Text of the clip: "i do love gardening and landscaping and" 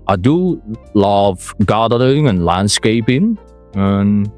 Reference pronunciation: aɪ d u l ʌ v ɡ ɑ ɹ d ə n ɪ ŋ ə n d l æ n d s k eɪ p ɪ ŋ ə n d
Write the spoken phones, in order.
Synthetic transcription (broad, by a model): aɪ d u l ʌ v ɡ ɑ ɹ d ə ɪ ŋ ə n l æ n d s k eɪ p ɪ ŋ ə n